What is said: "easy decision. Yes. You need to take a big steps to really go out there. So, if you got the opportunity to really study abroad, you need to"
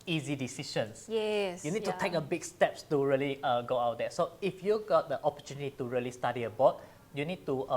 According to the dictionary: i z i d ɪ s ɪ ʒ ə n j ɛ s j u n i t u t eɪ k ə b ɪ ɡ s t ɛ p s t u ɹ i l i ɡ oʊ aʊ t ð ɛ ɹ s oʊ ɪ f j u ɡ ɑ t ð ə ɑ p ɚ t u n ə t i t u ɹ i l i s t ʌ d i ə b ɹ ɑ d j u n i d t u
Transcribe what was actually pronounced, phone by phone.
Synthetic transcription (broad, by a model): i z i d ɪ s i ʃ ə n j ɛ s j u n i t u t eɪ k ə b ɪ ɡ s t ɛ p s t u ɹ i l i ɡ oʊ aʊ t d ɛ s oʊ ɪ f j u ɡ ɑ t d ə ɑ p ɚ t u n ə t i t u ɹ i l i s t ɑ d i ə b ɑ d j u n i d t u